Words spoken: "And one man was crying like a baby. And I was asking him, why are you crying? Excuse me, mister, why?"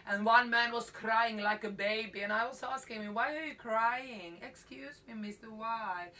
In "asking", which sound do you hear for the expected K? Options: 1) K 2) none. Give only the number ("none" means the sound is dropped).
1